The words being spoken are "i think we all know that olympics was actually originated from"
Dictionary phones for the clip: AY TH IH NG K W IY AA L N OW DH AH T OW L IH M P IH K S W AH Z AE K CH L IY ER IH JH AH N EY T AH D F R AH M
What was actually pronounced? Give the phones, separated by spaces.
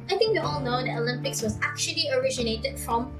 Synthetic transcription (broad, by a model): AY TH IH NG K W IY AA L N OW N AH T OW L IH M P IH K S W AH Z AE K CH L IY ER IH JH AH N EY T AH D F R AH M